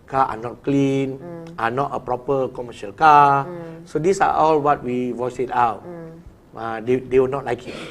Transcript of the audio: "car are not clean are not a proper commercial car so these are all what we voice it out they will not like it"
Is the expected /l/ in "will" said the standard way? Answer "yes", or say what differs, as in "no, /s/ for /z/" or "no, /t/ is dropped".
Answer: no, /w/ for /l/